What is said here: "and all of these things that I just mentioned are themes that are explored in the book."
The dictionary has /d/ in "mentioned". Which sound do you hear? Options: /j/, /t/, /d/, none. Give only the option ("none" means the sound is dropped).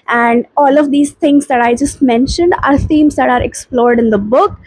/d/